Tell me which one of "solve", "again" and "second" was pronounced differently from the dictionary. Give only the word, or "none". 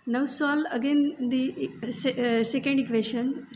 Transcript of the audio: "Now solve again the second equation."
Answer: solve